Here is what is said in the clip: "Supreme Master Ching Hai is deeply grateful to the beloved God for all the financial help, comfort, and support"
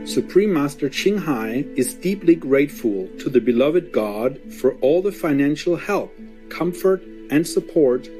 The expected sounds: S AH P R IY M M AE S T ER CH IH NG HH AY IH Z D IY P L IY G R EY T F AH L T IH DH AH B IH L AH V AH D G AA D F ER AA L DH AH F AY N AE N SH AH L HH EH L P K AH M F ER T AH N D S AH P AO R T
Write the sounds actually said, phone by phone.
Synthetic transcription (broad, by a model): S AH P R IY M M AE S T ER CH IH NG HH AY IH Z D IY P L IY G R EY T F AH L T IH DH AH B IH L AH V AH D G AA D F ER AA L DH AH F AY N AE N SH L HH EH L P K AH M F ER T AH N S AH P AO R T